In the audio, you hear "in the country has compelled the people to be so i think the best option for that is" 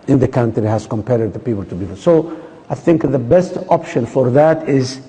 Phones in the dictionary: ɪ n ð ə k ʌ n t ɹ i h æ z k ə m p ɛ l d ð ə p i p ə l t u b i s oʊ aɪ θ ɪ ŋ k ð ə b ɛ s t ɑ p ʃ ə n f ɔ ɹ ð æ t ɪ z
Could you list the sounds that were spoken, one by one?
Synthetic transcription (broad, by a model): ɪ n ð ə k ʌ n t ɹ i h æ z k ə m p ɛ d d ð ə p i p ə l t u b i s oʊ aɪ θ ɪ ŋ k ð ə b ɛ s t ɑ p ʃ ə n f ɔ ɹ ð æ t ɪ z